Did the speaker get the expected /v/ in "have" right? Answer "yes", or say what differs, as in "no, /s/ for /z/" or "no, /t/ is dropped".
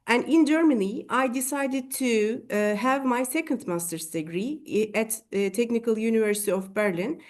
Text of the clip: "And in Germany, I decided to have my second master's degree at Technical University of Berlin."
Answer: yes